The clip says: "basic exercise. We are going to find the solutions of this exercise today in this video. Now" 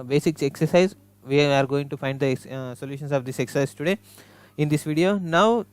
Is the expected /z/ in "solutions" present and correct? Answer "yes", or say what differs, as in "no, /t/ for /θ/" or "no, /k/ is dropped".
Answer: no, /s/ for /z/